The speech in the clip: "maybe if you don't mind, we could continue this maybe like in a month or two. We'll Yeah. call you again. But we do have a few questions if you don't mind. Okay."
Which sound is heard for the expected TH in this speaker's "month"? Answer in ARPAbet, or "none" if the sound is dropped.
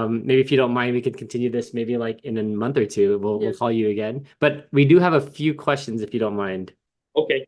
TH